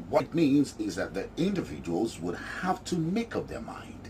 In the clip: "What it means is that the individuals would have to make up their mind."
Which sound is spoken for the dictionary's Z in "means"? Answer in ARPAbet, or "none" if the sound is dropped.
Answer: Z